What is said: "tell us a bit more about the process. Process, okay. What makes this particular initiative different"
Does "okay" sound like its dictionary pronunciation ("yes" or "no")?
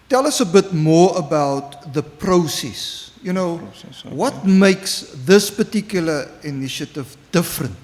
no